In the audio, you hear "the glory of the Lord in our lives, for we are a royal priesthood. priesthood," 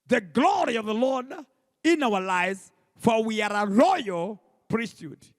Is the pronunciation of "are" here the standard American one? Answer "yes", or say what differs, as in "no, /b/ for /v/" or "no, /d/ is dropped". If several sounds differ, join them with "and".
yes